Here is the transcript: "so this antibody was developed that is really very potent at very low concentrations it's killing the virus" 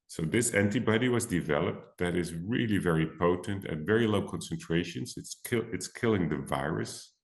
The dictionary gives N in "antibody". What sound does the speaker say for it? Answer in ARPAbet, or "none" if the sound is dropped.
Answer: N